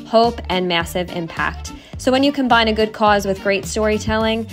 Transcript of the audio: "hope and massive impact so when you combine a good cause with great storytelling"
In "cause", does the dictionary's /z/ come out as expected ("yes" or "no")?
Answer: yes